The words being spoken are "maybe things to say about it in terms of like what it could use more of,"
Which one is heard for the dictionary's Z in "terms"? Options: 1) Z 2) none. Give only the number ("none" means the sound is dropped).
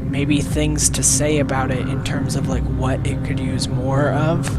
1